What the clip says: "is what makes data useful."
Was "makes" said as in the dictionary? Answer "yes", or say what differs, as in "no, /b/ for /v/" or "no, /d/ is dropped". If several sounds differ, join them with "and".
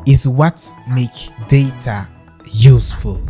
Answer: no, /s/ is dropped